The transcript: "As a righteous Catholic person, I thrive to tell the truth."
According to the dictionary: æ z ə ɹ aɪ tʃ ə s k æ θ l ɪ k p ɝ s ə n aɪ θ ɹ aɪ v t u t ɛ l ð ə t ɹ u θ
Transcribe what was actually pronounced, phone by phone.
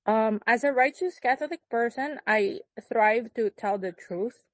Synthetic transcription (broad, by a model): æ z ə ɹ aɪ tʃ ə s k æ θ l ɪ k p ɝ s ə n aɪ θ ɹ aɪ v t u t ɛ l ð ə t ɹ u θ